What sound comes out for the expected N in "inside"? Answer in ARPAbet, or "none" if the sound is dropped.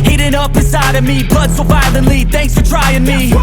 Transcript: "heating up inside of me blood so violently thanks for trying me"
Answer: none